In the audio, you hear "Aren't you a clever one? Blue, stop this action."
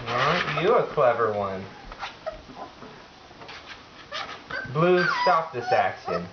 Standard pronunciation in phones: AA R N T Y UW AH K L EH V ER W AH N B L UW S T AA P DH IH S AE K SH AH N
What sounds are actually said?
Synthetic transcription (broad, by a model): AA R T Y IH AH K L EH V ER W AH N B L UW S T AA P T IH S AE K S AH N